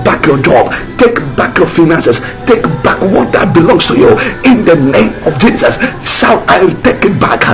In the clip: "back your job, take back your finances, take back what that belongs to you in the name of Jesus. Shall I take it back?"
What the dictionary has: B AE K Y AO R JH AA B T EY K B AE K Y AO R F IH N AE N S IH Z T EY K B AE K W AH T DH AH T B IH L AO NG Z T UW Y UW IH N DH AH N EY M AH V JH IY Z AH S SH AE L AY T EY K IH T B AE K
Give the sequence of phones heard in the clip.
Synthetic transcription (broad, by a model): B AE K Y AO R JH AA B T EY K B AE K Y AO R F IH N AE N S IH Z T EY K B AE K W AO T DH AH T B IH L AO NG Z T UW Y UW IH N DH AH N EY M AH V JH IY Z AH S S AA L AY T EY K IH T B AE K